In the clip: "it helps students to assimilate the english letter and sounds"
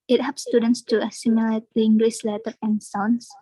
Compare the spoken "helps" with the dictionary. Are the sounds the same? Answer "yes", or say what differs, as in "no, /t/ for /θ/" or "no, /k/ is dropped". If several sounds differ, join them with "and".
no, /l/ is dropped